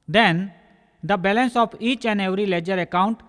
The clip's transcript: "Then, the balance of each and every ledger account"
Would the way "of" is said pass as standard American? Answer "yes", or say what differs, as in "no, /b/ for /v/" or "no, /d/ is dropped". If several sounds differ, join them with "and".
no, /p/ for /v/